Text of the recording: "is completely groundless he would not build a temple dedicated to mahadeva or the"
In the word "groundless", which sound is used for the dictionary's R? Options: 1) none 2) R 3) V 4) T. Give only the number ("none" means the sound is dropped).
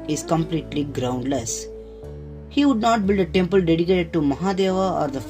2